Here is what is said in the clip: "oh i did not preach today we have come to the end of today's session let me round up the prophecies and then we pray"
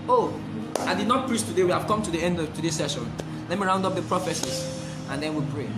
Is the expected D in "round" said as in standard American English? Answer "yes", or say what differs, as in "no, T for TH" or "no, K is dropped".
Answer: yes